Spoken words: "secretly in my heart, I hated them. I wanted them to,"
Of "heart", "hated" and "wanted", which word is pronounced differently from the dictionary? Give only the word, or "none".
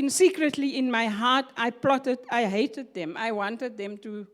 heart